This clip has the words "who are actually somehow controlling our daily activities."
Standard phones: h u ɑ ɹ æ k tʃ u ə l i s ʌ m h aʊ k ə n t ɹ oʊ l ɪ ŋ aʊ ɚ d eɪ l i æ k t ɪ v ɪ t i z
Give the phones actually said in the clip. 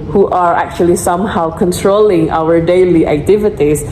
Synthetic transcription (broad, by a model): h u ɑ ɹ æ k tʃ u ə l i s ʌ m h aʊ k ə n t ɹ oʊ l ɪ ŋ aʊ ɚ d eɪ l i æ k t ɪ v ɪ t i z